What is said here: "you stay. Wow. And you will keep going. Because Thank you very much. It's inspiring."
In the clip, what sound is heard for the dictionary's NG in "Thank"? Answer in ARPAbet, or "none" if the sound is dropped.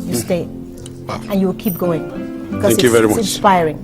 none